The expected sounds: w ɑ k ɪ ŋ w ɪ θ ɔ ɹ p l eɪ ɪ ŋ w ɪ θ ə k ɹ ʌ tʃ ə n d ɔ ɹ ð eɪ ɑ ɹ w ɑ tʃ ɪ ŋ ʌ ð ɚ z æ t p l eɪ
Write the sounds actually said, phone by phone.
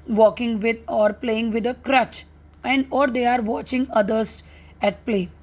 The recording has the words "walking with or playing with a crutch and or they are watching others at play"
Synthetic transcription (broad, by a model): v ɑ k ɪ ŋ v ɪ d ɔ ɹ p l eɪ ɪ ŋ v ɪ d ə k ɹ ʌ tʃ ə n d ɔ ɹ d eɪ ɑ ɹ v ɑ tʃ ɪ ŋ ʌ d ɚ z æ t p l eɪ